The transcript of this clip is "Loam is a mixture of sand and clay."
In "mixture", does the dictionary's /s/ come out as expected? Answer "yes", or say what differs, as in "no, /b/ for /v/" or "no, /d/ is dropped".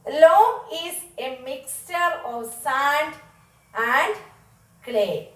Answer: yes